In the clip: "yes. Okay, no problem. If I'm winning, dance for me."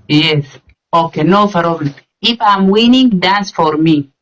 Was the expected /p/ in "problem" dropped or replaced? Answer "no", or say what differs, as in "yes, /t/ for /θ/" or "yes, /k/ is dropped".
yes, /f/ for /p/